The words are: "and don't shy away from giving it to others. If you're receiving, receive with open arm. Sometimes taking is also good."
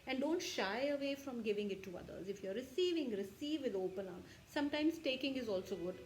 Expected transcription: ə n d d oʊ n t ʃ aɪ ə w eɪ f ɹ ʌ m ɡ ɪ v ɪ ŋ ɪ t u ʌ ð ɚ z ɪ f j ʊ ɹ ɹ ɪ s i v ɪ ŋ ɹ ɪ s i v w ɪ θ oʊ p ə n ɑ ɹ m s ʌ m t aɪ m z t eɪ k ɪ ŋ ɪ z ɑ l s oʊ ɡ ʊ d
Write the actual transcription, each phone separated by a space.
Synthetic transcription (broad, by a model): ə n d d oʊ n t ʃ aɪ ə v eɪ f ɹ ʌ m ɡ ɪ v ɪ ŋ ɪ t u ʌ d ɚ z ɪ f j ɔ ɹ ɹ ɪ s i v ɪ ŋ ɹ ɪ s i v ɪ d oʊ p ə n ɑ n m s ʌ m t aɪ m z t eɪ k ɪ ŋ ɪ z ɑ l s oʊ ɡ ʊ d